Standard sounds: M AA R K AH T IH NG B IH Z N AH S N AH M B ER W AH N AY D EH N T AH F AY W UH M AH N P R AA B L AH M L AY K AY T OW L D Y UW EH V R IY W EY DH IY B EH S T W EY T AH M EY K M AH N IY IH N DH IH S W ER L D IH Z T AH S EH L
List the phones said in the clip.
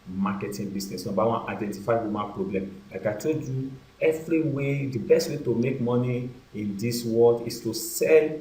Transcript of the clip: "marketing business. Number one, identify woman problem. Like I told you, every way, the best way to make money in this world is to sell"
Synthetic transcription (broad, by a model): M AA K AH T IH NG B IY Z N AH S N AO B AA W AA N AY D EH N T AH F AY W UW M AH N P R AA B L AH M L AY K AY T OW D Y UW EH V R IY W EY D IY B EH S T W EY T AH M EY K M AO N IY IH N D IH S W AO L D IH S T AH S EH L